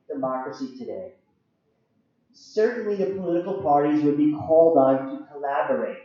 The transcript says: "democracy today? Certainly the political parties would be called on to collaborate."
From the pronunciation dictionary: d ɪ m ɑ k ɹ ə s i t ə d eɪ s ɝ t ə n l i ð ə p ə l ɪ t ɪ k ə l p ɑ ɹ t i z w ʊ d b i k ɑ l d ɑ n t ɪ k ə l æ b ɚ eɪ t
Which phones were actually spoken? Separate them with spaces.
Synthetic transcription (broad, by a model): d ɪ m ɑ k ɹ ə s i t ə d eɪ s ɝ t n l i ð ə p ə l ɪ t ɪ k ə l p ɑ ɹ t i z w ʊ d b i k ɑ l d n t ɪ k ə l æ b ɚ eɪ t